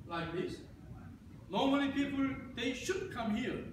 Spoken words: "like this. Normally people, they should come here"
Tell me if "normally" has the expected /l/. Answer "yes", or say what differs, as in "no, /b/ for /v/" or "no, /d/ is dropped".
no, /n/ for /l/